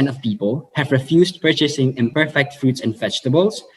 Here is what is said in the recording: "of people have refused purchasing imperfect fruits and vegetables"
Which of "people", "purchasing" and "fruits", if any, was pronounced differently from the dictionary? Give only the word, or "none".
none